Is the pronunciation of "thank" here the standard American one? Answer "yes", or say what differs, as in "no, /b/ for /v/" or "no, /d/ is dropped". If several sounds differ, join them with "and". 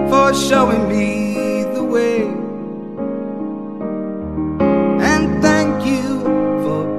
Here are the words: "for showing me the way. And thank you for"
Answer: yes